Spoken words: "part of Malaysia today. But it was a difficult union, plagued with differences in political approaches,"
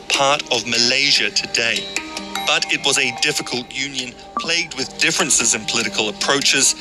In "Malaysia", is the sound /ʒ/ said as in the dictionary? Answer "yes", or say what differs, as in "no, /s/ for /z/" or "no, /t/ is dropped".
yes